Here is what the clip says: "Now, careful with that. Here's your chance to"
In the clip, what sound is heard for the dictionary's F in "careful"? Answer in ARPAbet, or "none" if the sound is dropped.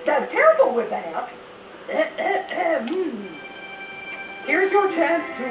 none